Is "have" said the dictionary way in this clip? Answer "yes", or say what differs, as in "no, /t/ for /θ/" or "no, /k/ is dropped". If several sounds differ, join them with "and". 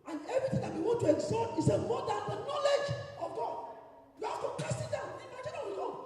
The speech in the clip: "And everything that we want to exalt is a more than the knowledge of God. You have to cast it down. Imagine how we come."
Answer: no, /f/ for /v/